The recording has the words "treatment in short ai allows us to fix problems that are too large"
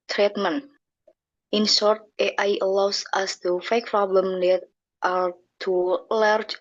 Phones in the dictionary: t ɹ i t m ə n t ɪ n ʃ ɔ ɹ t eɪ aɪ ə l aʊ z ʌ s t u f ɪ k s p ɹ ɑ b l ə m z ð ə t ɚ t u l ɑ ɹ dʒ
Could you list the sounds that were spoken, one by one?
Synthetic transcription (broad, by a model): t ɹ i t m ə n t ɪ n s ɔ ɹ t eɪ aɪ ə l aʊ s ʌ s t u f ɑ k p ɹ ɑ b l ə m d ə t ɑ t u l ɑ ɹ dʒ